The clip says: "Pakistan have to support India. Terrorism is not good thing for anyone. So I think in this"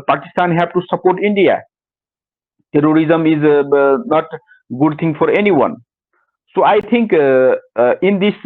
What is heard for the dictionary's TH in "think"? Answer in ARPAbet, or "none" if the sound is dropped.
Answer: T